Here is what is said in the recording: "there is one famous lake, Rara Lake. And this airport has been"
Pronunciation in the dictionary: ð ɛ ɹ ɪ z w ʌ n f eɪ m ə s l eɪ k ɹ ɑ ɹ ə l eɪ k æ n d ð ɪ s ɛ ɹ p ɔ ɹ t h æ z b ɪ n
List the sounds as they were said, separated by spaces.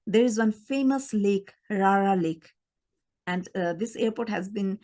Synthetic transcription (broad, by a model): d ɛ ɹ ɪ z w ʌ n f eɪ m ə s l eɪ k ɹ ɑ ɹ ə l eɪ k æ n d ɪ s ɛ ɹ p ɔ t h æ z b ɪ n